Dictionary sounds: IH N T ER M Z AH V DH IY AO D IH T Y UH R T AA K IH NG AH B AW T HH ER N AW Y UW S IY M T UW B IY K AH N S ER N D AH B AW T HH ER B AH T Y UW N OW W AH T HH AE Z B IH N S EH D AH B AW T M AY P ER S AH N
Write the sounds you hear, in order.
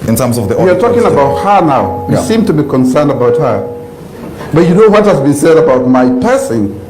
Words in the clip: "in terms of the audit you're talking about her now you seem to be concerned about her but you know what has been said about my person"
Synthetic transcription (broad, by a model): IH N T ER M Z AH V DH IY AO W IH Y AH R T AA K IH NG AH B AW T HH ER N AW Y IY S IY M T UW B IY K AH N S ER N D AH B AW T HH ER B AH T Y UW N OW W AH T HH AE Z B IH N S EH D AH B AW T M AY P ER S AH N